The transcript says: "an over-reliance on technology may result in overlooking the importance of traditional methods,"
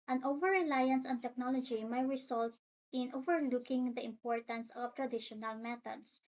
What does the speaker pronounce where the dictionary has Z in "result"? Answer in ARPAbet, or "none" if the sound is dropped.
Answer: S